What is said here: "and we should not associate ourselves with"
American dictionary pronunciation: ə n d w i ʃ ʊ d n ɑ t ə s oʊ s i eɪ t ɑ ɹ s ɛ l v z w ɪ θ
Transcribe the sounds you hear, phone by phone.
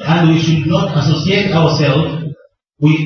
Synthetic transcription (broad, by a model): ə n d w i ʃ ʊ d n ɑ t ə s oʊ s i eɪ t ɑ ɹ s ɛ l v w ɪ